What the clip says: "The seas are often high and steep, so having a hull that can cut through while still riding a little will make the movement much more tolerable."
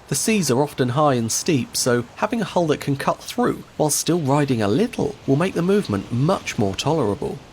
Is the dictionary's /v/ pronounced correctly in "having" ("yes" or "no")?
yes